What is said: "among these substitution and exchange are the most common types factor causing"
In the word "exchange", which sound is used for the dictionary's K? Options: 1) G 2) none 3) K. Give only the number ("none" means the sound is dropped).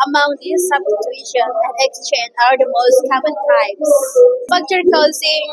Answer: 3